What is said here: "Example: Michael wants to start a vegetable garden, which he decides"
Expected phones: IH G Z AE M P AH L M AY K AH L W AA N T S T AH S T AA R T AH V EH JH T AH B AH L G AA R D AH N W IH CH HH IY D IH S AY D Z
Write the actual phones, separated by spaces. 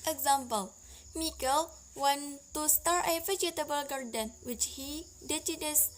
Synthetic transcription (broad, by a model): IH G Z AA M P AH L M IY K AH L W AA N T S T AH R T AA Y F AH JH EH T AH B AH L G AA R D AH N W IH CH HH IY D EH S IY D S